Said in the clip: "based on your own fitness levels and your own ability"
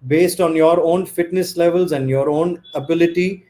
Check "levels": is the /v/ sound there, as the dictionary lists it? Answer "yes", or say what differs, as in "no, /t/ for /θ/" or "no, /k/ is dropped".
yes